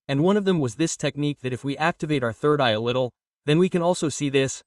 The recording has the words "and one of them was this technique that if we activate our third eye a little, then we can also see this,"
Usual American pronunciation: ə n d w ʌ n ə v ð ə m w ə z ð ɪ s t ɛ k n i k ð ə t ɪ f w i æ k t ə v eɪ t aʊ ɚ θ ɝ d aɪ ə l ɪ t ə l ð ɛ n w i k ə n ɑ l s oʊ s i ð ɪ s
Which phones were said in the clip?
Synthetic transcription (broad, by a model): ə n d w ʌ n ə v ð ə m w ə z ð ɪ s t ɛ k n i k ð ə t ɪ f w i æ k t ə v eɪ t aʊ ɚ θ ɝ d aɪ ə l ɪ t l ð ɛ n w i k ə n ɑ l s oʊ s i ð ɪ s